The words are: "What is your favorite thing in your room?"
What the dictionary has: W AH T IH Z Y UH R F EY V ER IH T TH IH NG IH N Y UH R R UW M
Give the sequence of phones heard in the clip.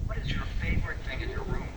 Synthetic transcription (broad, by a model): W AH T IH Z Y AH R F EY V ER IH T TH IH NG IH N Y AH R R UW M